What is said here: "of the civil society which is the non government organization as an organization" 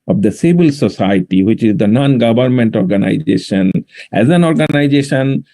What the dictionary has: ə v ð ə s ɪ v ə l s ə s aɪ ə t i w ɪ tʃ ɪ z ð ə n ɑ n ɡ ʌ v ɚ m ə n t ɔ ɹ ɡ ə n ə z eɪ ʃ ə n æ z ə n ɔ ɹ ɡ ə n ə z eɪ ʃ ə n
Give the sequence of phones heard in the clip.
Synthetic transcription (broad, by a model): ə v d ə s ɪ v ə l s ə s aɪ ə t i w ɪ tʃ ɪ z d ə n ɑ n ɡ ʌ v ɚ m ə n t ɔ ɹ ɡ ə n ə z eɪ ʃ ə n æ z ə n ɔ ɹ ɡ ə n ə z eɪ ʃ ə n